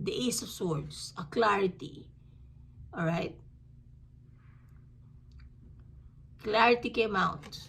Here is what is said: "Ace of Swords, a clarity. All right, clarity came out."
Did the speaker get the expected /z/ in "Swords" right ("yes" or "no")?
no